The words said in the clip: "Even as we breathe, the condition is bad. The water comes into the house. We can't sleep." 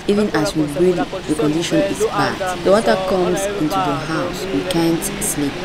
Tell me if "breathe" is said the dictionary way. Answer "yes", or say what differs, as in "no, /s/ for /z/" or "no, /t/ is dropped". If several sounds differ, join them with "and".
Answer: no, /l/ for /ɹ/